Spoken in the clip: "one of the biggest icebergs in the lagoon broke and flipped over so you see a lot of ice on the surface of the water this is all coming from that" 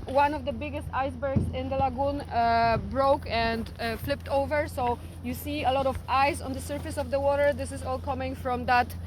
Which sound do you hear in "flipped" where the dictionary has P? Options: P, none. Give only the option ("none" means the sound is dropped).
P